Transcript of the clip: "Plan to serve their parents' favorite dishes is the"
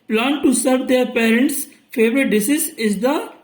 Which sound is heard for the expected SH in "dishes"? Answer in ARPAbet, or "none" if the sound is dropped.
S